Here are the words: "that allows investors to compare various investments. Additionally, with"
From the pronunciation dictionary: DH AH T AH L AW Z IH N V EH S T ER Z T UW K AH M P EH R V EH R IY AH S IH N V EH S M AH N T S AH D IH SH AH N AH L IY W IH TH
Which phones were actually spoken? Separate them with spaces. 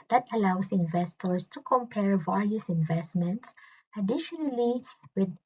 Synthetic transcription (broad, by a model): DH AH T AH L AW S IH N V EH S T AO S T UW K AH M P EH R V EH R IY AH S IH N V EH S M AH N T S AH D IH SH AH N AH L IY W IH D